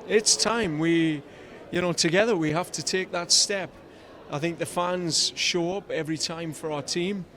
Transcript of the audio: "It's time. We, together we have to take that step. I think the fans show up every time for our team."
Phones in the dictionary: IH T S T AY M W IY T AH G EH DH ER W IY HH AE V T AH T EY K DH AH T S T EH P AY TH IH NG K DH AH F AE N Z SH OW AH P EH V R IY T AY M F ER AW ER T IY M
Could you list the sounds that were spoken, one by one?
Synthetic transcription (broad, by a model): IH T S T AY M W IY T AH G EH DH ER W IY HH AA F T AH T EY K DH AH T S T EH P AY TH IH NG K DH AH F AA N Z SH OW AH P EH V R IY T AY M F ER AW ER T IY M